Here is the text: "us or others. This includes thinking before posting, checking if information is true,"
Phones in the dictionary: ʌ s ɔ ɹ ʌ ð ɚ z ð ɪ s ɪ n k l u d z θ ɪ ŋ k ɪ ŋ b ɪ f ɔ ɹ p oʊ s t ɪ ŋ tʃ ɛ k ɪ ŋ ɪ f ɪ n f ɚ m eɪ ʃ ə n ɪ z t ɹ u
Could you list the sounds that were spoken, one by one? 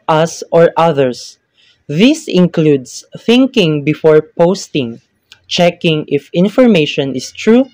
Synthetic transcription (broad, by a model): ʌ s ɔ ɹ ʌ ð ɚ s ð ɪ s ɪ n k l u d s θ ɪ ŋ k ɪ ŋ b ɪ f ɔ ɹ p oʊ s t ɪ ŋ tʃ ɛ k ɪ ŋ ɪ f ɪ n f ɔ m eɪ ʃ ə n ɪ s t ɹ u